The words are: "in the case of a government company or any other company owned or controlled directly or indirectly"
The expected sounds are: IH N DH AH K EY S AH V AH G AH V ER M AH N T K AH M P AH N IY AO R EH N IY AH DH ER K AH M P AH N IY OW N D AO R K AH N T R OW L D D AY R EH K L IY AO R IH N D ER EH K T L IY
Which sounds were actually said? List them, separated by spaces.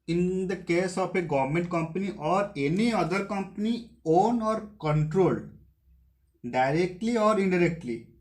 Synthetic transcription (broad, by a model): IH N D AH K EY S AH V AH G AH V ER M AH N T K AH M P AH N IY AO R EH N IY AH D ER K AH M P AH N IY OW N AO R K AH N T R OW L D D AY R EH K L IY AO R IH N D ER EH K T L IY